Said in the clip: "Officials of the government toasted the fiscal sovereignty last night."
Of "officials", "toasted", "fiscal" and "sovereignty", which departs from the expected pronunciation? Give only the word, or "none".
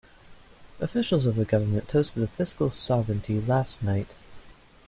none